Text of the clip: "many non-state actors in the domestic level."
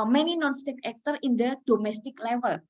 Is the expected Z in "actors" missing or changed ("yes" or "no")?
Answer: yes